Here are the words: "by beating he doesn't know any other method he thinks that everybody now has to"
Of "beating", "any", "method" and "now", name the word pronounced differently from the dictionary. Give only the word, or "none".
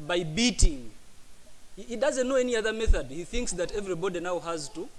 none